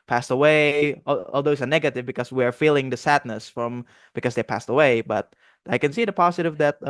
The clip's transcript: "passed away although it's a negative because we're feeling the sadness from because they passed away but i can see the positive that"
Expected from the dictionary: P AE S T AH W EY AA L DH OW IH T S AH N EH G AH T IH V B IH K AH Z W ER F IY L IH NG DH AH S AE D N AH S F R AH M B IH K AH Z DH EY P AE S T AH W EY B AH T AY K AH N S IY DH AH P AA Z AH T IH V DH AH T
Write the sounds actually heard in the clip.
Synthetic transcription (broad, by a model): P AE S T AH W EY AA L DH OW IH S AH N EH G AH T IH V B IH K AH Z W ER F IY L IH NG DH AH S AE D N AH S F R AH M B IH K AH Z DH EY P AE S T AH W EY B AH T AY K AH N S IY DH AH P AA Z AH T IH V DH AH T